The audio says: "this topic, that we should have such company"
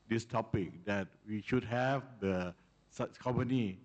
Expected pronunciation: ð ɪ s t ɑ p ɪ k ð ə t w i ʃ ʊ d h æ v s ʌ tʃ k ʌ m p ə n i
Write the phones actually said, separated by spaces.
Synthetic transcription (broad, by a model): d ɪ s t ɑ p ɪ k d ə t w i ʃ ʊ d h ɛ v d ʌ s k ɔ m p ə n i